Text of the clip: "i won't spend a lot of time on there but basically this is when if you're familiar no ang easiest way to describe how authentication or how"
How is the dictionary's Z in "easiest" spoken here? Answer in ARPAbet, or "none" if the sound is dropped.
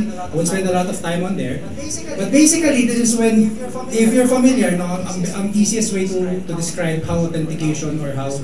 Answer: S